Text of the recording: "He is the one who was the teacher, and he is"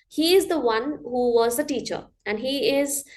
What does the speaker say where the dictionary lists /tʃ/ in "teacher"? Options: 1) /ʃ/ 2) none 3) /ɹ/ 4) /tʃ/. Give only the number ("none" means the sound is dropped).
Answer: 4